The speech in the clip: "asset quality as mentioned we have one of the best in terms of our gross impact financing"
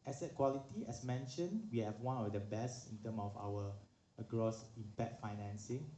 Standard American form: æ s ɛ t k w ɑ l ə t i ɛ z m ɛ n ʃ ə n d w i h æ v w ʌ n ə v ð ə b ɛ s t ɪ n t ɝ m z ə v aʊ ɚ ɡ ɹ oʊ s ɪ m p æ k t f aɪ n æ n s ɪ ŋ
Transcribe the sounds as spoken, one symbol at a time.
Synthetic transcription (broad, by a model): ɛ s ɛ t k w ɑ l ə t i ɛ s m ɛ n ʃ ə n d w i h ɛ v w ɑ n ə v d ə b ɛ s t ɪ n t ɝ m ə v aʊ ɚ ɡ ɹ oʊ s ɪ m p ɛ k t f aɪ n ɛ n s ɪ ŋ